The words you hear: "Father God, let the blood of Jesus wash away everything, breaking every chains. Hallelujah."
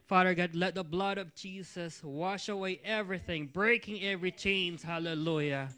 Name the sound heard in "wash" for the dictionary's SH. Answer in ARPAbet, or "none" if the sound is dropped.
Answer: SH